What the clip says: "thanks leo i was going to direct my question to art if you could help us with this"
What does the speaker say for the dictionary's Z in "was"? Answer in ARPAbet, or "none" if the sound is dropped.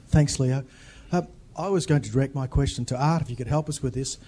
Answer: Z